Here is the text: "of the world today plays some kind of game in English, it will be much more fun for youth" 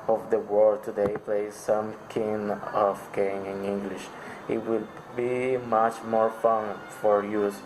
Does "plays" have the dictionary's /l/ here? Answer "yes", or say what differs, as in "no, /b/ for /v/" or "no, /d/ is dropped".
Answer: yes